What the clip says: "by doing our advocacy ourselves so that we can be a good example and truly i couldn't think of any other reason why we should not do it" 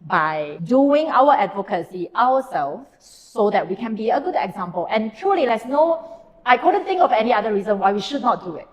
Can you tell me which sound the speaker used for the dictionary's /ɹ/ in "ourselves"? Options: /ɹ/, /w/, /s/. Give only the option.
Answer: /w/